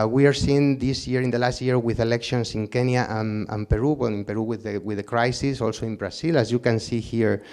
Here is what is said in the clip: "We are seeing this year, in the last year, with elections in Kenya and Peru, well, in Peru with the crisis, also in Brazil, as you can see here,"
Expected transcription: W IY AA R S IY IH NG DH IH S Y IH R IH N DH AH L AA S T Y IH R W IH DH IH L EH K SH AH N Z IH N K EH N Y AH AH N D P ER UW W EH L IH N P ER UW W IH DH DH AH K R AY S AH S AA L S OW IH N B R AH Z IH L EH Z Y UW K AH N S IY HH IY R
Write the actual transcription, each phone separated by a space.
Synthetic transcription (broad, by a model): W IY AA R S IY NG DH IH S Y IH R IH N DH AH L AA S T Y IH R W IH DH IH L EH K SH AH N S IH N K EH N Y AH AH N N P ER UW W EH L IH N P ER UW W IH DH DH AH K R AY S AH S AA L S OW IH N B R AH S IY L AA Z Y UW K AH N S IY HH IY R